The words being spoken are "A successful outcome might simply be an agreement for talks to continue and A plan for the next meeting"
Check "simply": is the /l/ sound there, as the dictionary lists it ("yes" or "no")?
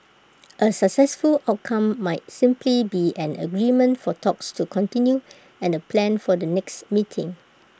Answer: yes